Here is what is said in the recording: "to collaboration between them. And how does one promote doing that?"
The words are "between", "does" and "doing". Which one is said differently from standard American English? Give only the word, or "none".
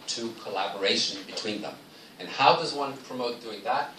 none